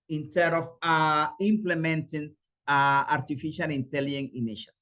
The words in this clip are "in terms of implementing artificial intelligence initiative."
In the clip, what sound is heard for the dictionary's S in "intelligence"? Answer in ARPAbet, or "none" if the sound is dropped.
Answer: none